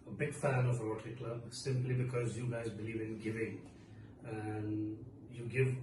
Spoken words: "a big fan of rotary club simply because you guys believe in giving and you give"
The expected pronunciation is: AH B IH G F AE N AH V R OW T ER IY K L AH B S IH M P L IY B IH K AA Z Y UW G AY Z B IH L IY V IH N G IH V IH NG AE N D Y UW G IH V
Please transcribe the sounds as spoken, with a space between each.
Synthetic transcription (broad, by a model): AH B IH G F AE N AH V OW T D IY K L AH B S IH M P L IY B IH K AA Z Y UW G AY Z B IH L IY V IH N G IH V IH NG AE N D Y UW G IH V